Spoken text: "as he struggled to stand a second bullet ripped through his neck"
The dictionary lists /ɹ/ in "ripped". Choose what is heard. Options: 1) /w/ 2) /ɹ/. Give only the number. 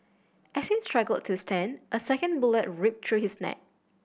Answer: 2